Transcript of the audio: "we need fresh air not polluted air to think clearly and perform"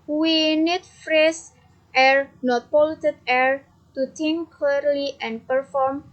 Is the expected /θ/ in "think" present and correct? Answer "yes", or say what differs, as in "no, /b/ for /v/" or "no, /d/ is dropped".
no, /t/ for /θ/